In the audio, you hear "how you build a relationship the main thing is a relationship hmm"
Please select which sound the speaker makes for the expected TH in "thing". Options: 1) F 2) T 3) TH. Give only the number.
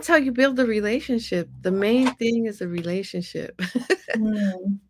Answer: 3